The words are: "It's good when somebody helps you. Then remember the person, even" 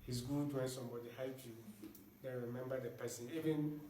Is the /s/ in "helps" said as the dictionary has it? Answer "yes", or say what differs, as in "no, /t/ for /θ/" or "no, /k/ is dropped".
no, /s/ is dropped